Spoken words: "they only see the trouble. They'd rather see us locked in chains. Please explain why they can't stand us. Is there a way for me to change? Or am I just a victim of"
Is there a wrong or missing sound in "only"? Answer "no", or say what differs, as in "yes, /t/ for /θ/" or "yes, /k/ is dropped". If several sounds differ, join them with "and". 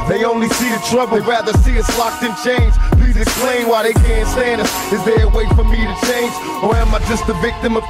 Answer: no